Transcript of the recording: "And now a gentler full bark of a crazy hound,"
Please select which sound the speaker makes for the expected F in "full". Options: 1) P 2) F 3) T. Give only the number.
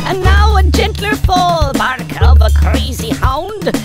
1